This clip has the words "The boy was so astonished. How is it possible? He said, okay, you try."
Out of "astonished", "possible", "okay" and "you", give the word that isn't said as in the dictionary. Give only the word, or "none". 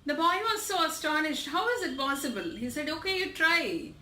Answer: none